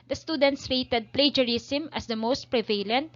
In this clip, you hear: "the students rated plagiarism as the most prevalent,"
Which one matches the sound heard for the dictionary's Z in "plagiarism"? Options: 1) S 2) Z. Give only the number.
1